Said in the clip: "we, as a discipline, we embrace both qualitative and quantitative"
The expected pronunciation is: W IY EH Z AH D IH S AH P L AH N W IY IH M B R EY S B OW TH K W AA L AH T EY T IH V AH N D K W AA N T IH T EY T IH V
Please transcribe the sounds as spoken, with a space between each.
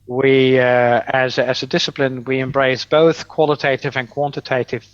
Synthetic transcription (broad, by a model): W IY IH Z AH D IH S AH P L AH N W IY IH M B R EY S B OW TH K W AA L AH T EY T IH V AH N K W AA N T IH T EY T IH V